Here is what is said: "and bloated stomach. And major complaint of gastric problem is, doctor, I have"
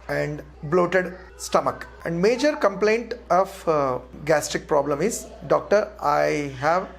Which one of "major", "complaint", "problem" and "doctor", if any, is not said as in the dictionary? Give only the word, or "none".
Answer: none